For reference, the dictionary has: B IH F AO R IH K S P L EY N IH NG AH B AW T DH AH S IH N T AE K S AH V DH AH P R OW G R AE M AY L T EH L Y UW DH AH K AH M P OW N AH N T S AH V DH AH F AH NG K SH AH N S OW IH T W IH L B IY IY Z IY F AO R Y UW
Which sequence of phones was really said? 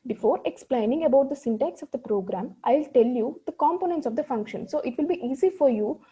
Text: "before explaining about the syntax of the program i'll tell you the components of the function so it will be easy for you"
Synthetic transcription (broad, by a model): B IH F AO R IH K S P L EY N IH NG AH B AW T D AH S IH N T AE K S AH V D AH P R OW G R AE M AY L T EH L Y UW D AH K AH M P OW N AH N T S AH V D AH F AH NG K SH AH N S OW IH T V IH L B IY IY Z IY F AO R Y UW